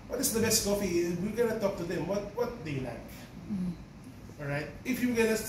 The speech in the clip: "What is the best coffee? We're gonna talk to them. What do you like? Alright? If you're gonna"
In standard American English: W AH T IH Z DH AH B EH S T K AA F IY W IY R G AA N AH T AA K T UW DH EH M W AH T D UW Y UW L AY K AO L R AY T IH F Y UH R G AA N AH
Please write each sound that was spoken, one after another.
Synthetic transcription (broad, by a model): W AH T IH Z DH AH B EH S T K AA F IY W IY L G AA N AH T AA K T UW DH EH M W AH T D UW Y L AY K AO L R AY T IH F Y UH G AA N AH